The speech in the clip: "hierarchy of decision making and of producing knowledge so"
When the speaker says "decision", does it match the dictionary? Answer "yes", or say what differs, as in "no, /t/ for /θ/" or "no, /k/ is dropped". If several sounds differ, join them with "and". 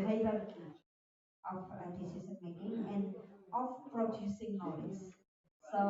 no, /s/ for /ʒ/